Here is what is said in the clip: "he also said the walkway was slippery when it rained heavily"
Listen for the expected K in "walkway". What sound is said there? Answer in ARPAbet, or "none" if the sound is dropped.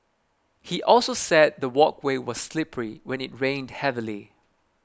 K